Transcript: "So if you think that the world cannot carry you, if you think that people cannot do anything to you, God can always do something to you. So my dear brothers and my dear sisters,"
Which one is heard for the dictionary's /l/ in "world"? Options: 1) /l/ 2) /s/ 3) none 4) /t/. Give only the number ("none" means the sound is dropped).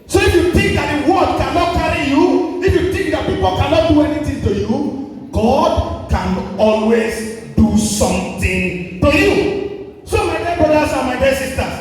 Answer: 3